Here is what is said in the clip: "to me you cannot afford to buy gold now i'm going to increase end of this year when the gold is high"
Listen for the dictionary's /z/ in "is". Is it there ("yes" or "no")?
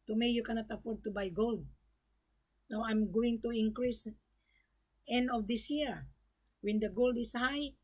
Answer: no